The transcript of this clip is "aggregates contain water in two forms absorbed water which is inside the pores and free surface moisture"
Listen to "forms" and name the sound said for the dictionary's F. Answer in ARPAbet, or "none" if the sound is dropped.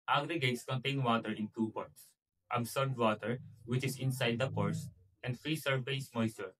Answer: P